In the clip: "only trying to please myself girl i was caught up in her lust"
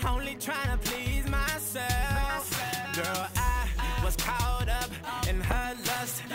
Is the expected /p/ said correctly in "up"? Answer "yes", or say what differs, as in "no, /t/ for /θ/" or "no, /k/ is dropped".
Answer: yes